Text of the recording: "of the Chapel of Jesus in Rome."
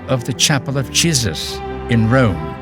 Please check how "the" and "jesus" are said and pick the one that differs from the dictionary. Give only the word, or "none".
none